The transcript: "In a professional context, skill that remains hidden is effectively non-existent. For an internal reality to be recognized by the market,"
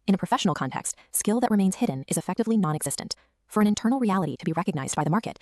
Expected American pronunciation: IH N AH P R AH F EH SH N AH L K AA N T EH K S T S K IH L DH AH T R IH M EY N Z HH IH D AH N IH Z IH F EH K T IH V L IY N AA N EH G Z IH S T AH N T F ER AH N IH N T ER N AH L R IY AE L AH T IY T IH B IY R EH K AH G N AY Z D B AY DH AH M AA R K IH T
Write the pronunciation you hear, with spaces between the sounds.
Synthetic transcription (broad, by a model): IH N AH P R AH F EH SH N L K AA N T EH K S T S K IH L DH AH T R IH M EY N Z HH IH D N IH Z IH F EH K T IH V L IY N AA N EH G Z IH S T AH N T F ER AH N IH N T ER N L R IY AE L AH T IY T IH B IY R EH K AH G N AY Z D B AY DH AH M AA R K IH T